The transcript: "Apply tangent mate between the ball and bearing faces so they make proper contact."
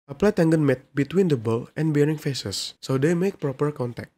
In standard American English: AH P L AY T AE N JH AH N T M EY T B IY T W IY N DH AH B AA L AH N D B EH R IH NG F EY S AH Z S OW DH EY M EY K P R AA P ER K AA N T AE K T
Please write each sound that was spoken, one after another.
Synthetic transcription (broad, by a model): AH P L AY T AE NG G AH N M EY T B IY T W IY N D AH B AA L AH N B EH R IH NG F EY S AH S OW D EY M EY K P R AA P ER K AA N T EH K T